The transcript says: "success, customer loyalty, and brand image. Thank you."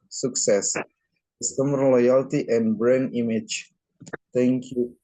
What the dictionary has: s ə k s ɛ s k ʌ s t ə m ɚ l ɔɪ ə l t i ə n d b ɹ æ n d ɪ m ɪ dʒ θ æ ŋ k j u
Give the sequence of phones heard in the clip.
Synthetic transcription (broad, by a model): s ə k s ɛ s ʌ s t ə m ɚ l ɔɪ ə l t i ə n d b ɹ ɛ n ɪ m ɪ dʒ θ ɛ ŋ k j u